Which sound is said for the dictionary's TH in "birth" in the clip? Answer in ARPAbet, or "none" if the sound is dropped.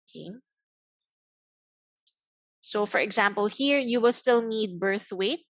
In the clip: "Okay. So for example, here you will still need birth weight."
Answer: TH